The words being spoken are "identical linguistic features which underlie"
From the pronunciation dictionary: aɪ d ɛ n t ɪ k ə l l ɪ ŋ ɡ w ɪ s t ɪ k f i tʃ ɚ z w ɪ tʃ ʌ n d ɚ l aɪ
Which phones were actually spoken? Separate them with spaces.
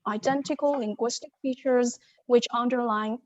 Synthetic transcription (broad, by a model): aɪ d ɛ n t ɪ k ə l l ɪ ŋ ɡ w ɪ s t ɪ k f i tʃ ɚ z w ɪ tʃ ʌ n d ɚ l aɪ